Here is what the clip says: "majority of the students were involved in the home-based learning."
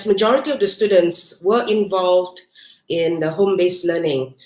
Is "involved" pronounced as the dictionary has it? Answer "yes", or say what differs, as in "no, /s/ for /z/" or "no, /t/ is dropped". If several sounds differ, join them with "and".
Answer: yes